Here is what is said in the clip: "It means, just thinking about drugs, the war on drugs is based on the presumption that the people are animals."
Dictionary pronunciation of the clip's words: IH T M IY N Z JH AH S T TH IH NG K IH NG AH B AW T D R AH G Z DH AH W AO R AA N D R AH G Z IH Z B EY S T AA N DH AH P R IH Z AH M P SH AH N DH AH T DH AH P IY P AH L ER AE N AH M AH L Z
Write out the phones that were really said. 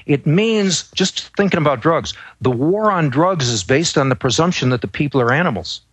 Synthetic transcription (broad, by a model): IH T M IY N Z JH AH S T TH IH NG K IH NG AH B AW T D R AH G Z DH AH W AO R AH N D R AH G Z IH Z B EY S T N DH AH P R IH Z AH M P SH AH N DH AH T DH AH P IY P L ER AE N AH M L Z